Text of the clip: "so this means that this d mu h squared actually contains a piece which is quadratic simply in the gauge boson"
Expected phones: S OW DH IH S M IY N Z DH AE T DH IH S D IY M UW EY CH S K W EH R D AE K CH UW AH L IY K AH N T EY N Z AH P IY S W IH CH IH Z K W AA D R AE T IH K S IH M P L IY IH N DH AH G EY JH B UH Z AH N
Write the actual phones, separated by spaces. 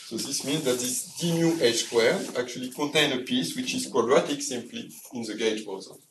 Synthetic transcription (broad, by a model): S OW DH IH S M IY N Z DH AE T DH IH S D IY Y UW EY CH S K W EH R AE K CH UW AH L IY K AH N T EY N AH P IY S W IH CH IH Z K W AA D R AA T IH K S IH M P L IY IH N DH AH G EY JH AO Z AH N